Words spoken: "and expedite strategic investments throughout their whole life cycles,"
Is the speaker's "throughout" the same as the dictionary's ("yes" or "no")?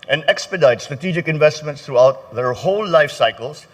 no